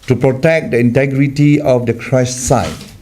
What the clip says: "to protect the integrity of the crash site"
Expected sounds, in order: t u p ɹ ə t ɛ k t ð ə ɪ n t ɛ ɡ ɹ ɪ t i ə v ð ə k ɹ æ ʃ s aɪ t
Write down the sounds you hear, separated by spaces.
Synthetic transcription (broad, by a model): t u p ɹ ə t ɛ k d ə ɪ n t ɛ ɡ ɹ ɪ t i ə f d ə k ɹ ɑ s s aɪ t